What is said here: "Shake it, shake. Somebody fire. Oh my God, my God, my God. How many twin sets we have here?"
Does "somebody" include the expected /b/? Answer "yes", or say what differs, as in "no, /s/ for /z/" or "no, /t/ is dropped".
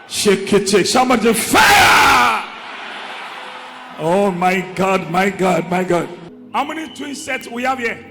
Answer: no, /b/ is dropped